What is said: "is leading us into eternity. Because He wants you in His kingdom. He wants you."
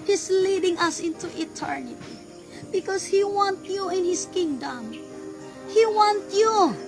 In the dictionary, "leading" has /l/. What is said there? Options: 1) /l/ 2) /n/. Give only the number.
1